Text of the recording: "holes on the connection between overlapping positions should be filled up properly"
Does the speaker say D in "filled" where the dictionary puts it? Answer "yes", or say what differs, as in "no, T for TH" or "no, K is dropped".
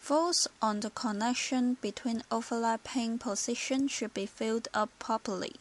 yes